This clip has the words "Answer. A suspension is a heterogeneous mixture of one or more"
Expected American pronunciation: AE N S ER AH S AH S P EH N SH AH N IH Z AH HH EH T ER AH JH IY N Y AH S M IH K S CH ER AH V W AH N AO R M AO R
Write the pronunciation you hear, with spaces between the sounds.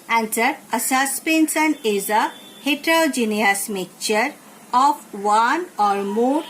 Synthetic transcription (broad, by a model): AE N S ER AH S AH S P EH N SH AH N IH Z AH HH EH T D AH JH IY N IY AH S M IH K CH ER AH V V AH N AO R M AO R